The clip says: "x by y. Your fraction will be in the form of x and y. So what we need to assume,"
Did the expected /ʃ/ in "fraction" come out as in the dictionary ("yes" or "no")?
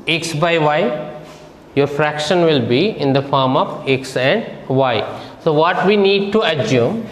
yes